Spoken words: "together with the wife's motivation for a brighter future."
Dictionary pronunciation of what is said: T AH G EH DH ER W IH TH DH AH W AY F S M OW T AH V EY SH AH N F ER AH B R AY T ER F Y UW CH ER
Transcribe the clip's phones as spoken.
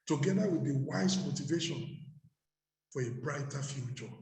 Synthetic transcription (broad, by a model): T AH G EH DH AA W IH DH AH W AY S M OW T AH V EY SH AH N F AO AH B R AY T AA F Y UW CH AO